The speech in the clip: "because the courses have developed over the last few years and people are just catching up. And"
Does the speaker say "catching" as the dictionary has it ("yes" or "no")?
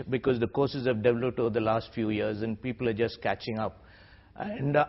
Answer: yes